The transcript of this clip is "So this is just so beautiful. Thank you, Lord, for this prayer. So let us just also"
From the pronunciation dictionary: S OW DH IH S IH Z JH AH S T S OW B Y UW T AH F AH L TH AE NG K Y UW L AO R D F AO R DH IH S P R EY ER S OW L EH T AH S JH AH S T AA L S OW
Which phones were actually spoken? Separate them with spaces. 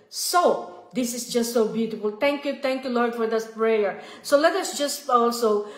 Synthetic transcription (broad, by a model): S OW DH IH S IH S JH AH S T S OW B Y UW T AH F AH L T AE NG K Y UW L AO R D F AO R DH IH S P R EY ER S OW L EH T AH S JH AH S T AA L S OW